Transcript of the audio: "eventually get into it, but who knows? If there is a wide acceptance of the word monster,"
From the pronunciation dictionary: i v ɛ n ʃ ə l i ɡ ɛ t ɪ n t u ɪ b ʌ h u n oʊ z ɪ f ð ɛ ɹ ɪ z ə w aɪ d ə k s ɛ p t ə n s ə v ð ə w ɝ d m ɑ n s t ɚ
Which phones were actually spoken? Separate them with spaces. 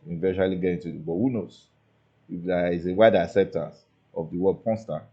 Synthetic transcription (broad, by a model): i v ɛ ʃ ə l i ɡ ɛ t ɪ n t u ɪ b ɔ h u n oʊ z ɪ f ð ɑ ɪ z ə w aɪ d ə k s ɛ p t ə n s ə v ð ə w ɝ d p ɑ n s t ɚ